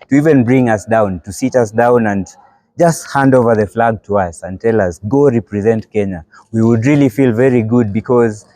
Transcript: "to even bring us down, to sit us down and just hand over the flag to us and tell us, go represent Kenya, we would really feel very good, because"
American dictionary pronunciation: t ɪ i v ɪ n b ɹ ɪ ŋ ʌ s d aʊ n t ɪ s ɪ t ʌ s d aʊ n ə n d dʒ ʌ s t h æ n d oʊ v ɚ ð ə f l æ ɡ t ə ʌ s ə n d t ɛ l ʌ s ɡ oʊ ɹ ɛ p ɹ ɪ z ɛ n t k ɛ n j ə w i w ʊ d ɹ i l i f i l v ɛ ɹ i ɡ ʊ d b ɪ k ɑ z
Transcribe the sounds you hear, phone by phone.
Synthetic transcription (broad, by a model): t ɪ i v ɪ n b ɹ ɪ ŋ ʌ s d aʊ n t ɪ s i t ʌ s d aʊ n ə n dʒ ʌ s t h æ n d oʊ v ɚ ð ə f l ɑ ɡ t ə ʌ s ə n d t ɛ l ʌ s ɡ oʊ ɹ ɛ p ɹ ɪ z ɛ n t k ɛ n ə w i w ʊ d ɹ i l i f i l v ɛ ɹ i ɡ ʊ d b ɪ k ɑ z